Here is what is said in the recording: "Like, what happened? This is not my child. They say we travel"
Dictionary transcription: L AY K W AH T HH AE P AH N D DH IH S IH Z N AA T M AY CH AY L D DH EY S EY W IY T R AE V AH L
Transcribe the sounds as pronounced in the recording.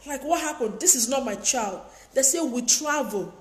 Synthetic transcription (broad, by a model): L AY K W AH T HH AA P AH N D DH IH S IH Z N AA T M AY CH AY L D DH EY S EY W IY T R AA V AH L